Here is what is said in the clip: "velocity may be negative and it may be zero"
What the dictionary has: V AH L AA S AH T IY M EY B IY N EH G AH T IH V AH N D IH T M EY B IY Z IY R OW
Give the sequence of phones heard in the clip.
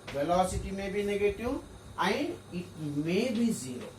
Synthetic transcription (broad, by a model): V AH L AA S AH T IY M EY B IY N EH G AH T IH W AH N IH T M EY B IY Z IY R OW